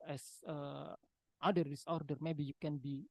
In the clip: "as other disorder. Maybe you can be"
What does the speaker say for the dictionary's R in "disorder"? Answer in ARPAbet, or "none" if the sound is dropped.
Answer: R